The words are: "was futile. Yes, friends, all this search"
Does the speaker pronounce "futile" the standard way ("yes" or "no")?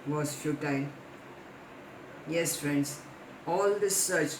no